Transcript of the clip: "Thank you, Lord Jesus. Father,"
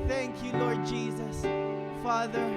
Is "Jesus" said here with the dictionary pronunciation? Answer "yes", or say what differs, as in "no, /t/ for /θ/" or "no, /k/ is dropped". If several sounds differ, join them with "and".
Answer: yes